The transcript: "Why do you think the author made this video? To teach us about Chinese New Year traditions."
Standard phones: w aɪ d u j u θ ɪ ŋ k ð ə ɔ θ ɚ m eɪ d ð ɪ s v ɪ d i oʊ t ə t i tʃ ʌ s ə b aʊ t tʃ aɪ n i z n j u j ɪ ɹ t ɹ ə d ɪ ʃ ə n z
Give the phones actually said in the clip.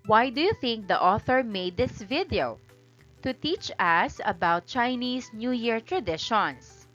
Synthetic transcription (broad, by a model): w aɪ d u j u θ ɪ ŋ k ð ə ɔ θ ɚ m eɪ d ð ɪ s v ɪ d i oʊ t ə t i tʃ ʌ s ə b aʊ t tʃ aɪ n i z n j u j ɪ ɹ t ɹ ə d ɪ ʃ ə n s